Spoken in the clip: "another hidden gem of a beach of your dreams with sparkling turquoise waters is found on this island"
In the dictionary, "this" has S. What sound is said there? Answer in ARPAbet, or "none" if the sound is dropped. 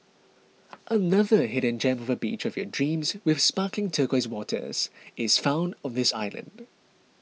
S